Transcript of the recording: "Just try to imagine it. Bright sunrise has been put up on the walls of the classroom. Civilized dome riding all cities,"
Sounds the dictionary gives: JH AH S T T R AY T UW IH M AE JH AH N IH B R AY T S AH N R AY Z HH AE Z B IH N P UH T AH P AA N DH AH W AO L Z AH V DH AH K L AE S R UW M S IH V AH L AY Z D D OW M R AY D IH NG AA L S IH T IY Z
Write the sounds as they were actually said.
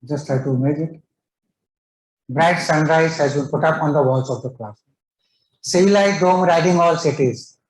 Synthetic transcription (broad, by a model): JH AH S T T AY T UW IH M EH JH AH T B R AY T S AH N R AY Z HH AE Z B IH N P UH T AH P AA N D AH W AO L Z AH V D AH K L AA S S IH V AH L AY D D OW M R AY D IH NG AA L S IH T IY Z